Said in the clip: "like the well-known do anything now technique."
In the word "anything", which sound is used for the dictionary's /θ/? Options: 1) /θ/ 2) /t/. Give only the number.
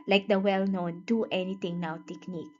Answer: 2